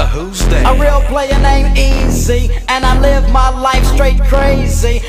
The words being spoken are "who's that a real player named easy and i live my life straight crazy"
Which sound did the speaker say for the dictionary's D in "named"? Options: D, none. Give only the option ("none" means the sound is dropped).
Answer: none